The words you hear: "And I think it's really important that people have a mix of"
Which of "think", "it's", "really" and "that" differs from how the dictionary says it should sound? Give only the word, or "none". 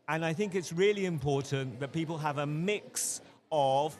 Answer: none